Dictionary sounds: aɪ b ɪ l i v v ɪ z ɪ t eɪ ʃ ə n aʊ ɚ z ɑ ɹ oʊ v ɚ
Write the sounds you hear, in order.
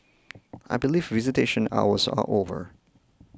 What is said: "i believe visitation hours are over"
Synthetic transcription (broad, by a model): aɪ b ɪ l i v v ɪ z ɪ t eɪ ʃ ə n aʊ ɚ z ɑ l oʊ v ɚ